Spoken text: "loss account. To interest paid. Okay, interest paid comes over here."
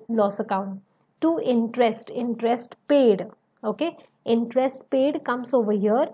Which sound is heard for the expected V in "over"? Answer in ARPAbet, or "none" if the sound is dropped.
V